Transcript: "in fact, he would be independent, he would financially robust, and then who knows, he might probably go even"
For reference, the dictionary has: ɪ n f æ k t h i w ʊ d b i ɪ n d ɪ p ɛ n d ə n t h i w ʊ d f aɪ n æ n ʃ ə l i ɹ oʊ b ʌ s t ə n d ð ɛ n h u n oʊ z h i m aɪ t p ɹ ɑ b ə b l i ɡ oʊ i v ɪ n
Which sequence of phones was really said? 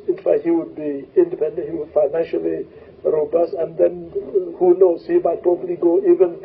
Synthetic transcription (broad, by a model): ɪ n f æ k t h i w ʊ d b i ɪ n d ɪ p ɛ n d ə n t h i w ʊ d f aɪ n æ n ʃ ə l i ɹ oʊ b ʌ s t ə n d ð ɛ n h u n oʊ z h i m aɪ t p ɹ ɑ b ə l i ɡ oʊ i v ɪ n